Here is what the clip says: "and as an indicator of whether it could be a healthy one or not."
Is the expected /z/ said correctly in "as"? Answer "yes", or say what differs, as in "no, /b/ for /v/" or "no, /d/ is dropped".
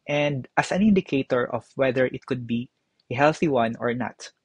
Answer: no, /s/ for /z/